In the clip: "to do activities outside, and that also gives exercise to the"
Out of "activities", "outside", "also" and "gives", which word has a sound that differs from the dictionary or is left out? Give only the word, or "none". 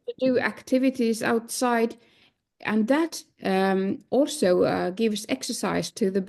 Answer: none